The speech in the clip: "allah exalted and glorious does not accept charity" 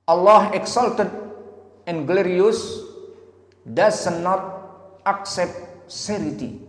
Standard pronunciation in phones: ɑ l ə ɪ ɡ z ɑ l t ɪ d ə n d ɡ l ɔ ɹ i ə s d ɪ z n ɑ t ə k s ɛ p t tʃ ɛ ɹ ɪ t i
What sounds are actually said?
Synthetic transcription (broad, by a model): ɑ l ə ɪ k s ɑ l t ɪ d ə n ɡ l ɔ ɹ i ə s d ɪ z n ɑ t ə k s ɛ p t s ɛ ɹ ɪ t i